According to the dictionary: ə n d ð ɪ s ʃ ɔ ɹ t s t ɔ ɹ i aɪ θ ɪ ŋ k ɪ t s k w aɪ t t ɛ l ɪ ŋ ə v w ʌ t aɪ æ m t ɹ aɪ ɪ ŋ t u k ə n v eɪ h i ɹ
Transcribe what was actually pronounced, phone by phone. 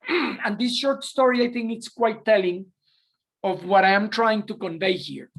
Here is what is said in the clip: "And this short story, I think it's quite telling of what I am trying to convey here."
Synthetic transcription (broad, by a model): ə n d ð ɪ s ʃ ɔ ɹ t s t ɔ ɹ i aɪ θ ɪ ŋ k ɪ t s k w aɪ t t ɛ l ɪ ŋ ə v w ʌ t aɪ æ m t ɹ aɪ ɪ ŋ t u k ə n v eɪ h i ɹ